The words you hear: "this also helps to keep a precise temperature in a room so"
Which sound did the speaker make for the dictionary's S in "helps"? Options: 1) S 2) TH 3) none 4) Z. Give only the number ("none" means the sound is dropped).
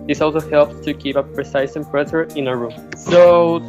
3